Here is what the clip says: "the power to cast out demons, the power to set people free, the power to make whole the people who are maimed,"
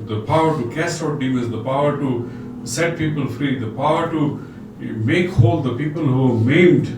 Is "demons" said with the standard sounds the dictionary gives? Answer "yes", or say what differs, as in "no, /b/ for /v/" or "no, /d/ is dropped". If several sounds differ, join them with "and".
no, /n/ is dropped